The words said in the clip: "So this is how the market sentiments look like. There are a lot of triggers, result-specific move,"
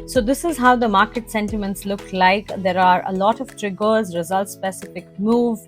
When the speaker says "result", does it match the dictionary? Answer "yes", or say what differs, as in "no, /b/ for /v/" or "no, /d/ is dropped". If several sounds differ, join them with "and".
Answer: yes